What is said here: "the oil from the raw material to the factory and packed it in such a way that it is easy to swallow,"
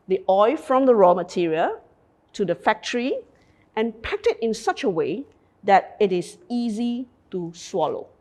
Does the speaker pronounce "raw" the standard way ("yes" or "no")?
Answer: yes